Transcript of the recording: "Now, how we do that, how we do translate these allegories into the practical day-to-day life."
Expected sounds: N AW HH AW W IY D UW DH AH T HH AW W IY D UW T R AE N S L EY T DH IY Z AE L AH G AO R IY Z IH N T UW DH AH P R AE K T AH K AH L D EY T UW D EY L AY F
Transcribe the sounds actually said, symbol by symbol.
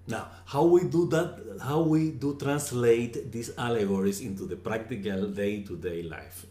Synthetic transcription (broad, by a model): N AW HH AW W IY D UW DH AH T HH AW W IY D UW T R AE N S L EY T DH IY S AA L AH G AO R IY S IH N T UW DH AH P R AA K T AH K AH L D EY T UW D EY L AY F